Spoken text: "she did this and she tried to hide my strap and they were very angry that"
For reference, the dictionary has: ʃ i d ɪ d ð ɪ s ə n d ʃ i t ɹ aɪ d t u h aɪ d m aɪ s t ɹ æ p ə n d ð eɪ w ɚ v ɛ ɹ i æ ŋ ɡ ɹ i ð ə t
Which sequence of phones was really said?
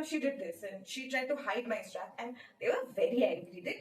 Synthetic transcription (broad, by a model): ʃ i d ɪ d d ɪ s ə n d ʃ i t ɹ aɪ d t u h aɪ d m aɪ s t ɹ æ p ə n d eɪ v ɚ v ɛ ɹ i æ ɡ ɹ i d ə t